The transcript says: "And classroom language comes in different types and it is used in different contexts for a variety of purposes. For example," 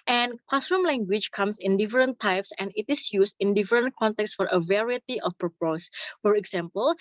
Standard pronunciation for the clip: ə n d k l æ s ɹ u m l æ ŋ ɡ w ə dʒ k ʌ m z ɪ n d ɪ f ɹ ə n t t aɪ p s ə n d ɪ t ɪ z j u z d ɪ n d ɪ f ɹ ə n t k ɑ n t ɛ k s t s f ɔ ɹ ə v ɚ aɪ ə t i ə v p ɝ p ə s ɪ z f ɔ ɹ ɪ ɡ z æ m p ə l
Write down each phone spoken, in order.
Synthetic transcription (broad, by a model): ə n k l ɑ s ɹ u m l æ ŋ ɡ w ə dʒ k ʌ m s ɪ n d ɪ f ɹ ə n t t aɪ p s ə n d ɪ t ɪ s j u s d ɪ n d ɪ f ɹ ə n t k ɑ n t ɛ k s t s f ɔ ɹ ə v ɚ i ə t i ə f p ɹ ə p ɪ s f ɔ ɹ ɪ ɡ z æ m p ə l